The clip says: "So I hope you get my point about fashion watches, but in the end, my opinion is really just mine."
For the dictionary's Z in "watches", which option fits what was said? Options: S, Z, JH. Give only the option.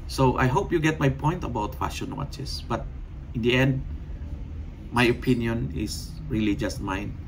S